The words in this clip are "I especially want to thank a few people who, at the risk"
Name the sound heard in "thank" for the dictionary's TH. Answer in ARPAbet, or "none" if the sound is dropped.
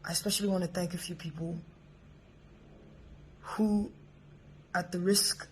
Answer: TH